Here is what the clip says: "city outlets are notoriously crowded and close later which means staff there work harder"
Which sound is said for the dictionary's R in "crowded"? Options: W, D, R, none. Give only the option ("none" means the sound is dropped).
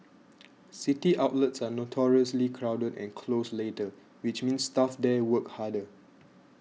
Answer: R